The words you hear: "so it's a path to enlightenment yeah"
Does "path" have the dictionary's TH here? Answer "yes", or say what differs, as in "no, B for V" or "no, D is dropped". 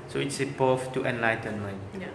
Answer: no, F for TH